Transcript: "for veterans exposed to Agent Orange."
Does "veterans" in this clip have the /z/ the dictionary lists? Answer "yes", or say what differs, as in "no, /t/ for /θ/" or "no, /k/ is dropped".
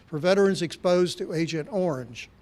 yes